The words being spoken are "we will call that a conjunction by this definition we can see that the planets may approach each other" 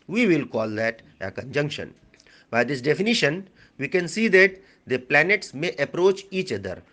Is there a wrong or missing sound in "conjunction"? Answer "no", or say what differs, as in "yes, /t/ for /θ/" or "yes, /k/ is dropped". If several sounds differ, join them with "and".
no